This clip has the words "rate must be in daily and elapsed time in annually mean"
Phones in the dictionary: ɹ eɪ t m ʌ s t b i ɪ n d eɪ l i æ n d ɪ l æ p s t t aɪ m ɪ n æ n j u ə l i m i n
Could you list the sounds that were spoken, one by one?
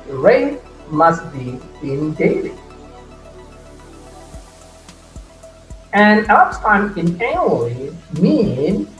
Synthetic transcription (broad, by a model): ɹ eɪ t m ʌ s t b i ɪ n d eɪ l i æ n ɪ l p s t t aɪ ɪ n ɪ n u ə i m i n